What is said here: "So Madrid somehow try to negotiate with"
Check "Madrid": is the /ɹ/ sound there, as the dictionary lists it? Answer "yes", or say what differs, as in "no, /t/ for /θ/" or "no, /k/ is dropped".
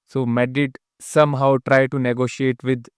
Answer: no, /ɹ/ is dropped